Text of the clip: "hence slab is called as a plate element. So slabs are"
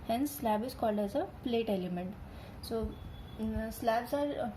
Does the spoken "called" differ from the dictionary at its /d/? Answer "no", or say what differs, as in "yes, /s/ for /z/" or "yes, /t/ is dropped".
no